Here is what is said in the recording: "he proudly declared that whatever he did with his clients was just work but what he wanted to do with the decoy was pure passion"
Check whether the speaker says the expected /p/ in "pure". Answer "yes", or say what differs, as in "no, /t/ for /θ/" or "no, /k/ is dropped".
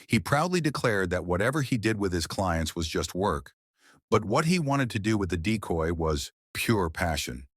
yes